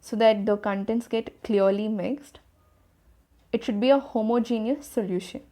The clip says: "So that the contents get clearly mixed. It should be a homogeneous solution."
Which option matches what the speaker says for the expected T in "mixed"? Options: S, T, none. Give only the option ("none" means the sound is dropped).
T